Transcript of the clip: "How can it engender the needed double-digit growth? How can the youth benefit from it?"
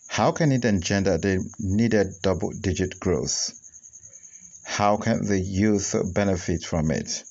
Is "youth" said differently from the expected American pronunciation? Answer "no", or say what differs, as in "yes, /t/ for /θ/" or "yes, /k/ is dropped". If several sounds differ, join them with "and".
no